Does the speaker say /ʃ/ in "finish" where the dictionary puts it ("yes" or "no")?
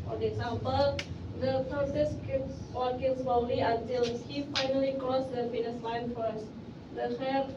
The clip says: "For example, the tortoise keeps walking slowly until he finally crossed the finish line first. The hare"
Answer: no